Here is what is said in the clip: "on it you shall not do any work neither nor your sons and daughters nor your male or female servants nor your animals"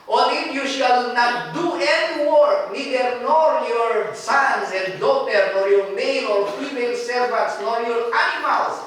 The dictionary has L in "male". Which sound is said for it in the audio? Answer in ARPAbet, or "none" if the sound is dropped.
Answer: N